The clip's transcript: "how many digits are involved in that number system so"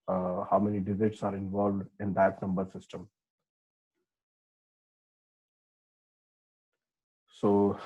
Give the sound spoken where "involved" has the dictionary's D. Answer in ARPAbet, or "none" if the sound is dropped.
D